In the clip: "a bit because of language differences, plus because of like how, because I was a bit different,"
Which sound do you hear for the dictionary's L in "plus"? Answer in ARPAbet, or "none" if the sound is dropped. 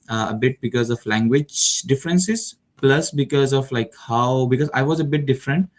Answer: L